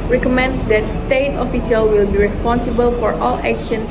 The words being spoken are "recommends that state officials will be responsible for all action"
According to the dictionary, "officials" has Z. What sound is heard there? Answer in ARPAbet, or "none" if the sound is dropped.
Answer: none